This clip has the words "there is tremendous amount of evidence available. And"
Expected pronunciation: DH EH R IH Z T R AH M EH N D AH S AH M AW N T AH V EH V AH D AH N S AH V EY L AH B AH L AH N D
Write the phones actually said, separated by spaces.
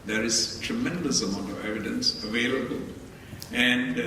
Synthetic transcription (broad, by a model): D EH R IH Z T R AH M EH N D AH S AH M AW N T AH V EH V AH D AH N S AH V EY L AH B AH L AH N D